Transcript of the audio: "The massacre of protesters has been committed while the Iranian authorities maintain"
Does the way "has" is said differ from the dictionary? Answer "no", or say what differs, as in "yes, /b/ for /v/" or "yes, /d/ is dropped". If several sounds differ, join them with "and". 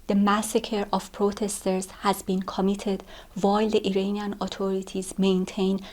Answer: no